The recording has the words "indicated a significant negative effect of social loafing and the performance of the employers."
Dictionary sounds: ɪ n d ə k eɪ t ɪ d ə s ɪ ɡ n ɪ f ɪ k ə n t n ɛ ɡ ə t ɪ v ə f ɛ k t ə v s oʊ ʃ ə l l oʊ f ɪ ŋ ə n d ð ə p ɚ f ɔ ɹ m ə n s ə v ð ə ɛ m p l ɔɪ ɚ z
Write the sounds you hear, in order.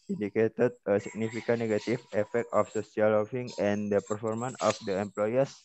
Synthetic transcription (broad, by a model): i n d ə k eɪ t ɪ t ə s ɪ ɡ n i f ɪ k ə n n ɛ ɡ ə t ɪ f ə f ɛ k t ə f s oʊ s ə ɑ l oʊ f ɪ ŋ ə n d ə p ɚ f ɔ ɹ m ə n ə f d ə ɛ m p l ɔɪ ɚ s